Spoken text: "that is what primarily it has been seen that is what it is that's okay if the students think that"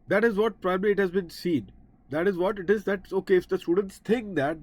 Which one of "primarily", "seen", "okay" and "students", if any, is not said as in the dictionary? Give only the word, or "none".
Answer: primarily